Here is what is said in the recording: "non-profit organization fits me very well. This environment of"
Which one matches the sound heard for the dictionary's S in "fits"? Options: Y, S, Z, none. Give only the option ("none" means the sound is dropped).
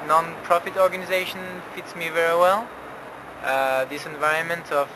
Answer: S